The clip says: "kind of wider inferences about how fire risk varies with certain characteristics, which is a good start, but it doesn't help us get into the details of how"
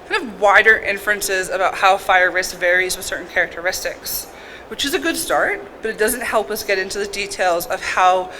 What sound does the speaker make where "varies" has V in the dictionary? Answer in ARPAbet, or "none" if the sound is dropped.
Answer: V